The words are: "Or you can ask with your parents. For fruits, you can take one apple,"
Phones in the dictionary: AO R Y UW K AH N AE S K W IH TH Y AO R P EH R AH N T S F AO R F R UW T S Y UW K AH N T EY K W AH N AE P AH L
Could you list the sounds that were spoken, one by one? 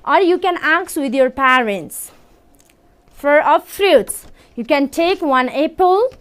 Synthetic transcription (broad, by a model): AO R Y UW K AH N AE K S W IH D Y AO R P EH R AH N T S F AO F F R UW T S Y UW K AH N T EY K W AH N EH P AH L